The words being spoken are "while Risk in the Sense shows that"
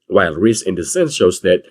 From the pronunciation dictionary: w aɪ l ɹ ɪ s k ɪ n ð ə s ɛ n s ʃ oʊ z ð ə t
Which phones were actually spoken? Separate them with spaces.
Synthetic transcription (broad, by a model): w aɪ l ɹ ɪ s ɪ n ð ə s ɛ n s ʃ oʊ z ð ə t